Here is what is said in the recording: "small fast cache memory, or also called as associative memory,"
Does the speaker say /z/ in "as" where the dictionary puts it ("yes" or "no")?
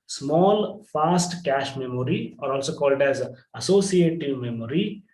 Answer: yes